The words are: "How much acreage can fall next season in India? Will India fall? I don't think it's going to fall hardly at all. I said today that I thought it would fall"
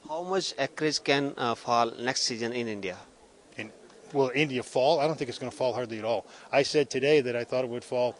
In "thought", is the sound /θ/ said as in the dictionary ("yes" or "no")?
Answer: yes